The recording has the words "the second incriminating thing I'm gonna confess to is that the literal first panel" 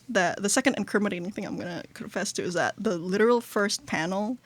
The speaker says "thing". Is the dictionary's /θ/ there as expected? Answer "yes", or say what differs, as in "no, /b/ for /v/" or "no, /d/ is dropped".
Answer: yes